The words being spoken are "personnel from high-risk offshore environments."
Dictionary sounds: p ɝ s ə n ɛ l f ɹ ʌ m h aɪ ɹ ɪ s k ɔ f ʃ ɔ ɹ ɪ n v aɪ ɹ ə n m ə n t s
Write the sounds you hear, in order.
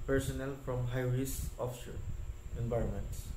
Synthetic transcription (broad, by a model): p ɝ s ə n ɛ l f ɹ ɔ m h aɪ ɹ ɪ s ɔ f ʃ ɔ ɹ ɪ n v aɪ ɹ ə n m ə n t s